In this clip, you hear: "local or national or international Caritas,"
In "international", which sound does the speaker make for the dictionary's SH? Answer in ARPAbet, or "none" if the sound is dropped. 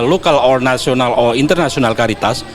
S